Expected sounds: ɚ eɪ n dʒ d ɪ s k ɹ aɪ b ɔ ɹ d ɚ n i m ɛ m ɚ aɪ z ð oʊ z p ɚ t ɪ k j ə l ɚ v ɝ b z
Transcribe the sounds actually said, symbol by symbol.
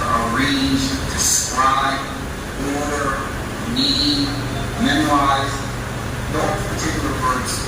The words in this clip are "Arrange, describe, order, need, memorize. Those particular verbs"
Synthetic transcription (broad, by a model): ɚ eɪ n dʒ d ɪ s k ɹ aɪ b ɔ ɹ d ɚ n i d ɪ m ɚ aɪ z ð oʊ p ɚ t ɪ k j l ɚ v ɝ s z